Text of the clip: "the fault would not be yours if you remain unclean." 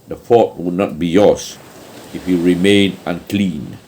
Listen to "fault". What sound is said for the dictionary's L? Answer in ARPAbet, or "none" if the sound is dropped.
none